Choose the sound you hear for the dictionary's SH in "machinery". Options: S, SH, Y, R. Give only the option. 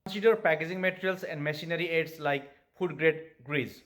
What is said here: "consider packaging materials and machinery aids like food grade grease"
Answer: S